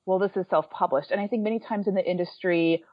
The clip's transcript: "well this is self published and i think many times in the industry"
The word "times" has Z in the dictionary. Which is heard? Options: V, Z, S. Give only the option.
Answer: Z